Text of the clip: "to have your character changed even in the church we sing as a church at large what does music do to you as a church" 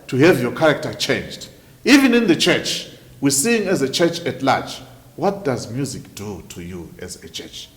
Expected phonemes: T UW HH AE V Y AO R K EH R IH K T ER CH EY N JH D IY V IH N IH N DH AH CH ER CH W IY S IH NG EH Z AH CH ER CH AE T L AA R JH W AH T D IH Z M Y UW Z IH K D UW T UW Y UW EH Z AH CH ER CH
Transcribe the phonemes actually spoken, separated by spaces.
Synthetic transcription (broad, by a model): T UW HH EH V Y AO K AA R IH K T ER CH EY N JH D IY V IH N IH N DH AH CH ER CH W IY S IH NG EH Z AH CH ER CH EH T L AA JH W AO T D IH Z M Y UW Z IH K D UW T UW Y UW EH Z AH CH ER CH